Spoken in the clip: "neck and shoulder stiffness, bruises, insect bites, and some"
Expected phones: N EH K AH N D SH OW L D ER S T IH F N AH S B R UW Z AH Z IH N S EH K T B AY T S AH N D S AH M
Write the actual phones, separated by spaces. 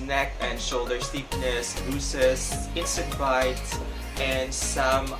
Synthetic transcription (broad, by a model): N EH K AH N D SH OW L D ER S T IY P N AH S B UW S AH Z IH N S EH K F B AY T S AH N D S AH M